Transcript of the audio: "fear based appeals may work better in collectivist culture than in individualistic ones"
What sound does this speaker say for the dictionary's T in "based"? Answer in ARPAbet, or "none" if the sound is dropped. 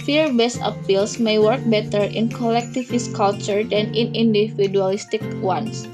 none